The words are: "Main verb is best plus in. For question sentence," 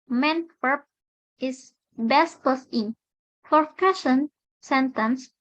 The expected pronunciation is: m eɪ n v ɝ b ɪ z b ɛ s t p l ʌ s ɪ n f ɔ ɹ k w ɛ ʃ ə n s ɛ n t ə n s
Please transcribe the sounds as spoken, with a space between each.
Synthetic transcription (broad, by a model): m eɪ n w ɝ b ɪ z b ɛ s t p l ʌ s ɪ n f ɔ ɹ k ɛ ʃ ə n s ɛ n t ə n s